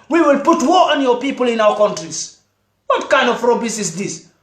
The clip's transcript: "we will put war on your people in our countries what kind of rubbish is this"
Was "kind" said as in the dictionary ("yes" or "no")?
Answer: yes